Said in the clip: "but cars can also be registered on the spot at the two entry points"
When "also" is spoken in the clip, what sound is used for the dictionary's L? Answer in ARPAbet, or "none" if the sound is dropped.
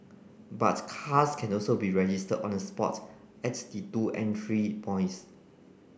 L